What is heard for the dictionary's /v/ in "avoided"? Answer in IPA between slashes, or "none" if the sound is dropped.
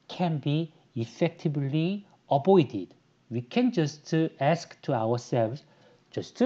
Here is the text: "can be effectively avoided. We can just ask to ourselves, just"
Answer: /b/